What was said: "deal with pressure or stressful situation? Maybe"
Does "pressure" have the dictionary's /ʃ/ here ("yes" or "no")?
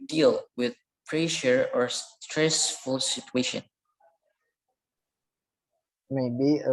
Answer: yes